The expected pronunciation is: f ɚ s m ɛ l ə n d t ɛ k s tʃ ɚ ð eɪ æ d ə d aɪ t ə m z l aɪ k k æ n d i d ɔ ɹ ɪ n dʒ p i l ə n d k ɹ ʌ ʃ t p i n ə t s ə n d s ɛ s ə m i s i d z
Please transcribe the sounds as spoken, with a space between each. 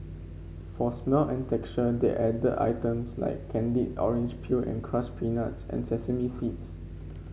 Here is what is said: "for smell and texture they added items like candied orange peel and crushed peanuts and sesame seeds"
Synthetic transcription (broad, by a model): f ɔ s m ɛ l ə n t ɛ k tʃ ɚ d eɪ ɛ d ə aɪ t ə m s l aɪ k k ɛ n d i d ɔ ɹ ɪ n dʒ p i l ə n k ɹ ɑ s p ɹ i n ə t s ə n s ɛ s ə m i s i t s